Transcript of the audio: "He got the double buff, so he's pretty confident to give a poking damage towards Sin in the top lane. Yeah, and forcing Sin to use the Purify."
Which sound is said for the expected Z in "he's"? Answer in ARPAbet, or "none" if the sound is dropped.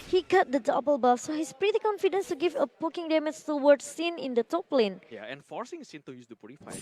S